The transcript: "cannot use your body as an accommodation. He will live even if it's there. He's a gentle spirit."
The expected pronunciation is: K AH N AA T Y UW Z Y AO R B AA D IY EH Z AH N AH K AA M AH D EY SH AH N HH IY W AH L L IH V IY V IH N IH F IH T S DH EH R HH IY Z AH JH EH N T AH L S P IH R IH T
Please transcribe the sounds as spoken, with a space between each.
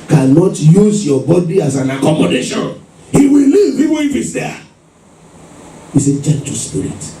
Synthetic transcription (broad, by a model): K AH N AA T Y UW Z Y AO B AA D IY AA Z AH N AH K AA M AH D EY SH AH N HH IY W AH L L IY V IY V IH IH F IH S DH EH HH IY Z AH CH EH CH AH S P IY R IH T